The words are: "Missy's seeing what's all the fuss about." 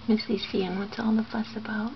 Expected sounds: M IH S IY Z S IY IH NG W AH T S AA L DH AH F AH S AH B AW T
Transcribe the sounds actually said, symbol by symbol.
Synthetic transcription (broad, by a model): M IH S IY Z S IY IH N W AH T AA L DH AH F AH S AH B AW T